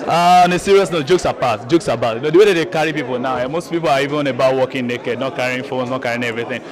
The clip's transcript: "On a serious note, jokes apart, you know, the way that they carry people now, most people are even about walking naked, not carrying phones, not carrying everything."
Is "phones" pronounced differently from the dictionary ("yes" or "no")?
yes